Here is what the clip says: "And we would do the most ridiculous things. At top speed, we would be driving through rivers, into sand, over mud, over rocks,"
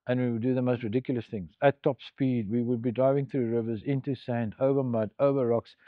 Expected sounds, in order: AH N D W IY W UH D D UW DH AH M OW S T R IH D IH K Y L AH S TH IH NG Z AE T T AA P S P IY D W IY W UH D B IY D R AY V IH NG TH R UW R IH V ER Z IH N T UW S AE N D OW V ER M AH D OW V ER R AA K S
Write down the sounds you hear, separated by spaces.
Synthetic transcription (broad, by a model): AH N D W IY W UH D D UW DH AH M OW S T R IH D IH K Y L AH S TH IH NG Z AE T T AA P S P IY D W IY W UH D B IY D R AY V IH NG TH R UW R IH V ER Z IH N T UW S AE N D OW V ER M AH D OW V ER R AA K S